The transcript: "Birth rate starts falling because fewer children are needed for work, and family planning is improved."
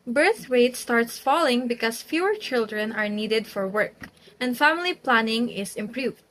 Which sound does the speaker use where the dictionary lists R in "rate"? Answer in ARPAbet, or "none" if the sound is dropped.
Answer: W